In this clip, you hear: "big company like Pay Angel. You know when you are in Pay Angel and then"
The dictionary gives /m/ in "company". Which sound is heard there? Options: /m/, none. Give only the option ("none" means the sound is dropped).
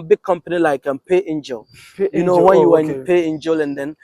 /m/